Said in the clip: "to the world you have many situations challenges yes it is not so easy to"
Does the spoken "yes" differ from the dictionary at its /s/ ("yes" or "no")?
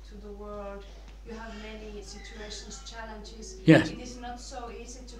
yes